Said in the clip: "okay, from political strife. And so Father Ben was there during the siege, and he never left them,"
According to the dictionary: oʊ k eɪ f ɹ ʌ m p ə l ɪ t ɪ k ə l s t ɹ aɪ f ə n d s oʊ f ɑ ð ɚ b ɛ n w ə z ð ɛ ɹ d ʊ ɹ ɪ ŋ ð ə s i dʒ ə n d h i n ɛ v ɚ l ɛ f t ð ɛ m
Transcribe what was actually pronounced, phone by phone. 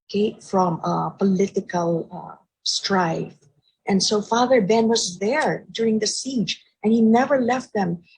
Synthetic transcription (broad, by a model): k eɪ f ɹ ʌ m p ə l ɪ t ɪ k ə l s t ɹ aɪ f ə n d s oʊ f ɑ ð ɚ b ɛ n w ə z ð ɛ ɹ d ʊ ɹ ɪ ŋ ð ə s i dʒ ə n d h i n ɛ v ɚ l ɛ f t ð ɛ m